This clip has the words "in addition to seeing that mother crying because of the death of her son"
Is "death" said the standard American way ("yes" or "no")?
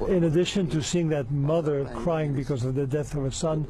yes